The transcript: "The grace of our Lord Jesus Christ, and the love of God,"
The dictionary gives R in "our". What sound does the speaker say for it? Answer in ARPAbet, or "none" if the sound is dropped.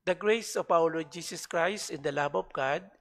W